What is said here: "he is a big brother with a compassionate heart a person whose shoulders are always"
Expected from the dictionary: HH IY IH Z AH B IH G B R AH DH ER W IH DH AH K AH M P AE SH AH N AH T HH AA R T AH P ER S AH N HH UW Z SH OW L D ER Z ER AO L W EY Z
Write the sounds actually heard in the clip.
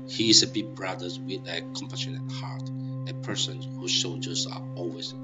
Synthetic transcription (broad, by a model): HH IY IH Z AH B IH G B R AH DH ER W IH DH AH K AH M P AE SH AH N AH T HH AA R T AH P ER S AH N HH UW Z S OW L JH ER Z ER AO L W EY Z